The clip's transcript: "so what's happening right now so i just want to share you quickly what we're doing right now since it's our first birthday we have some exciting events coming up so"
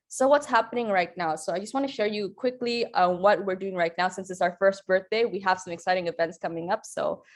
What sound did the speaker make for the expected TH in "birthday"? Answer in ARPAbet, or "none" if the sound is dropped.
TH